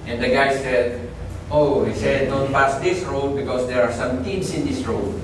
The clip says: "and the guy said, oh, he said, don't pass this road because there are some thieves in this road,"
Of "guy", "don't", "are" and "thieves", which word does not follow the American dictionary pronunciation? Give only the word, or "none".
thieves